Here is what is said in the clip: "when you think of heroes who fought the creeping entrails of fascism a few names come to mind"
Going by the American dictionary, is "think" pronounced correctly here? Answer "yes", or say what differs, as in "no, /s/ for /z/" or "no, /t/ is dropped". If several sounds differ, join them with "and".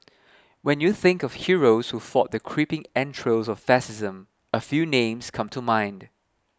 yes